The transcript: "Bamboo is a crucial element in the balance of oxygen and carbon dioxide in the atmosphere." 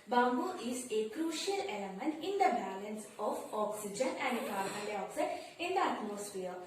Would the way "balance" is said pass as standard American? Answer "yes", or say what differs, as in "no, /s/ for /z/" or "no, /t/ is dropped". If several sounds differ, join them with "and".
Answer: yes